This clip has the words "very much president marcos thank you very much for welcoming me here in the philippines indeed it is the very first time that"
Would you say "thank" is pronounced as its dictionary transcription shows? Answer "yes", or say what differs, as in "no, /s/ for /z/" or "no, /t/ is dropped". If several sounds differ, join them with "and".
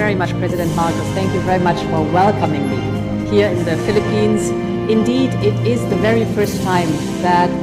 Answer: yes